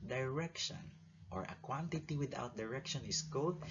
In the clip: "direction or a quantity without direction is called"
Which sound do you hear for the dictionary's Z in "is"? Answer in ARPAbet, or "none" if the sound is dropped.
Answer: S